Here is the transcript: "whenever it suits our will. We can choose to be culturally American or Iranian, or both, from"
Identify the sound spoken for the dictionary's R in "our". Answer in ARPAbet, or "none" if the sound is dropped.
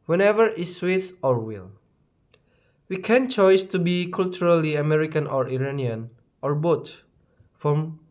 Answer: R